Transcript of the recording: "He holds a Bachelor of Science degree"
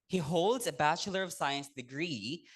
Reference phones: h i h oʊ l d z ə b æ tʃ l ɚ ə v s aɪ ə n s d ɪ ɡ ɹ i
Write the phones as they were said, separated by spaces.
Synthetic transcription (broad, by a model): h i h oʊ l d z ə b æ tʃ l ɚ ə v s aɪ ə n s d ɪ ɡ ɹ i